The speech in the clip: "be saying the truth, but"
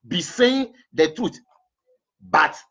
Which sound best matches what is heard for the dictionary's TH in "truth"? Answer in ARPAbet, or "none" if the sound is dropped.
T